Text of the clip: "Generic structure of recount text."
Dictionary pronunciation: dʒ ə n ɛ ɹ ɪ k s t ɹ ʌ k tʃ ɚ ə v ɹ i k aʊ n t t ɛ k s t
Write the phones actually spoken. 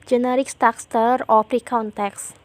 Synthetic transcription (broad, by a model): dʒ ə n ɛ ɹ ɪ k s t ɑ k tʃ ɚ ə p ɹ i k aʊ n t t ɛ k s